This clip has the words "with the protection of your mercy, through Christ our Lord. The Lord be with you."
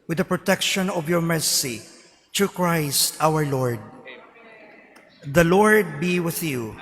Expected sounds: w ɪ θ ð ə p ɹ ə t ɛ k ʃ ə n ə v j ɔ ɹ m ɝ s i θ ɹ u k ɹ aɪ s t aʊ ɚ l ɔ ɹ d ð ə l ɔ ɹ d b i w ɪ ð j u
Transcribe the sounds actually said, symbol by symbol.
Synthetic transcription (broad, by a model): w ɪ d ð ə p ɹ ə t ɛ k ʃ ə n ə v j ɔ ɹ m ɝ s i t ɹ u k ɹ aɪ s t aʊ ɚ l ɔ ɹ d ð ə l ɔ ɹ d b i w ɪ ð j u